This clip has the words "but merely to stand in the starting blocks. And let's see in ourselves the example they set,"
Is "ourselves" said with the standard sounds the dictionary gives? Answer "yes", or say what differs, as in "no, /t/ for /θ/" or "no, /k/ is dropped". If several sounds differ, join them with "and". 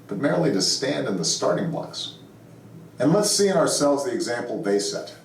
yes